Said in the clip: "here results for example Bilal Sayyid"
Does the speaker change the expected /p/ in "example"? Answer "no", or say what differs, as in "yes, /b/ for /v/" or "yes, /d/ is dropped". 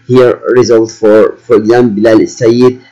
yes, /b/ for /p/